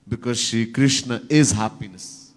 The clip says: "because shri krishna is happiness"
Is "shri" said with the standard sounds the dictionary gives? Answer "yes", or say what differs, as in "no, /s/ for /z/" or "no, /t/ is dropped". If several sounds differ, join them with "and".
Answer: no, /ɹ/ is dropped